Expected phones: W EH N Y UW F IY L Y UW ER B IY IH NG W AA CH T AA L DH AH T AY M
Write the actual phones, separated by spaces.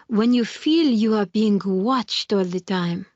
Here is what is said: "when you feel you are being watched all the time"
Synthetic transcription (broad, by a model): W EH N Y UW F IY L Y UW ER B IY IH NG W AA CH T AA L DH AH T AY M